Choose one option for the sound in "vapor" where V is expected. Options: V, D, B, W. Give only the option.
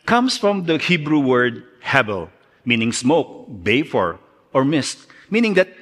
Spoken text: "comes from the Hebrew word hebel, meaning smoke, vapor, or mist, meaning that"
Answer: B